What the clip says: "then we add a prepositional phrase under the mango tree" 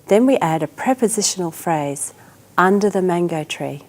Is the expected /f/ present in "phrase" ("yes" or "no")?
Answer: yes